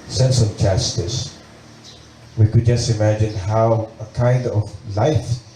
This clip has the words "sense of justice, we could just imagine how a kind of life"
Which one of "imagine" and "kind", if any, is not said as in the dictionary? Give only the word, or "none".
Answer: none